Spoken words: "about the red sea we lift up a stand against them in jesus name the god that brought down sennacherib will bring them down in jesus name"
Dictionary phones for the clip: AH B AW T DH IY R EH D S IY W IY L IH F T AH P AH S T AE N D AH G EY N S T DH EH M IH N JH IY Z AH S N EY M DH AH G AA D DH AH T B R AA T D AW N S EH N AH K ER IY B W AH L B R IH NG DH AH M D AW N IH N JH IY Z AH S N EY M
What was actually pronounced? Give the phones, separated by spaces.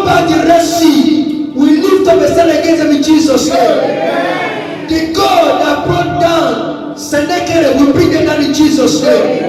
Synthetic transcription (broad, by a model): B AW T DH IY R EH S IY W IY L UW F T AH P AH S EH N AH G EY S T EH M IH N JH IY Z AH S N EY M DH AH G AA D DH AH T B R AA T D AW N S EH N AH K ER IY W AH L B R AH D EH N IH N JH IY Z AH S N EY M